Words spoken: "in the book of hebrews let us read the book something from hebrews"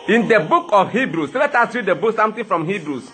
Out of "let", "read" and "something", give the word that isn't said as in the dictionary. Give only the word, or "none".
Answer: something